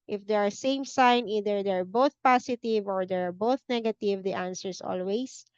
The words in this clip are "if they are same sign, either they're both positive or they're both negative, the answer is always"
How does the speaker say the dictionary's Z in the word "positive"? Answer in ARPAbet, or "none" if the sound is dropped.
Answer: S